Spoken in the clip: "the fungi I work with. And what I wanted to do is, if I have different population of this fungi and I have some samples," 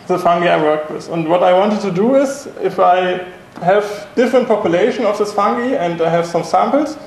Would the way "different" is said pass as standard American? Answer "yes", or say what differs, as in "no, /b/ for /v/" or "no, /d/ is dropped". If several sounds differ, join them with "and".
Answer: yes